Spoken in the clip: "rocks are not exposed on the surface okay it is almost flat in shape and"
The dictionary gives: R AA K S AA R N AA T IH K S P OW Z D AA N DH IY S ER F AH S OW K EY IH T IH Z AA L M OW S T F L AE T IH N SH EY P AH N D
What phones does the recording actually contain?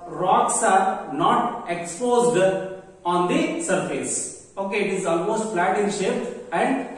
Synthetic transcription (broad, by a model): R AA K S AA R N AA T IH K S P OW Z D AA N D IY S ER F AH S OW K EY IH T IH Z AA L M OW S T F L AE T IH N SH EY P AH N D